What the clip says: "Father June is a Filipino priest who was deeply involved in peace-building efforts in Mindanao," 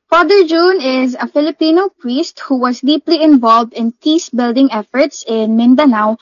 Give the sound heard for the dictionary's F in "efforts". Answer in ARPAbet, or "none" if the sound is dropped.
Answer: F